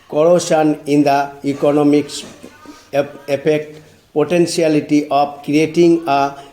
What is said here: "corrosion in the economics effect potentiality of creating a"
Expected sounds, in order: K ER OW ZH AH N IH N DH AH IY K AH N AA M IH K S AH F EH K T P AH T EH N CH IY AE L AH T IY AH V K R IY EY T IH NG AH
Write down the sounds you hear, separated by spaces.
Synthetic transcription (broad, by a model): K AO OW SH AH N IH N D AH IY K AH N AA M IH K S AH P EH K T P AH T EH N S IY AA L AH T IY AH P K R IY EY T IH NG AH